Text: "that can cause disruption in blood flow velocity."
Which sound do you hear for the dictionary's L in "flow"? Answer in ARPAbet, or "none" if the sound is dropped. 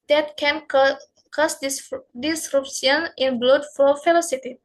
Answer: none